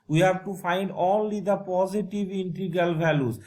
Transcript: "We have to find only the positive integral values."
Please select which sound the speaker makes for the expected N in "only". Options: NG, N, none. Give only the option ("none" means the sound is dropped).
none